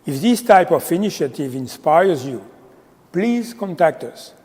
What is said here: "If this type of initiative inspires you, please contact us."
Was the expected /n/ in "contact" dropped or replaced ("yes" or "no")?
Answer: no